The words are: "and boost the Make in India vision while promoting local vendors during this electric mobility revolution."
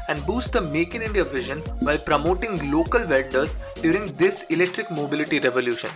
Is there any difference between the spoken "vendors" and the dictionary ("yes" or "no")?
yes